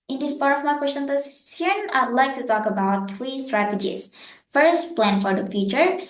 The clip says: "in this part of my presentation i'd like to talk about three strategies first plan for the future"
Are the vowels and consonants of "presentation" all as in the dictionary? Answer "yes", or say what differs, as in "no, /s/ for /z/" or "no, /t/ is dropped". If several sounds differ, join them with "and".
no, /s/ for /z/ and /s/ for /ʃ/